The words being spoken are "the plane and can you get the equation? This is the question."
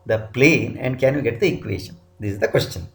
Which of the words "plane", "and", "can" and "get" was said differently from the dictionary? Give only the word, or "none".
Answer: none